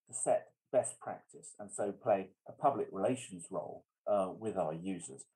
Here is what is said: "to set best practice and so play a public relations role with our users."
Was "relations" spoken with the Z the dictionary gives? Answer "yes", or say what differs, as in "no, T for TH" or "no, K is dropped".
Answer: yes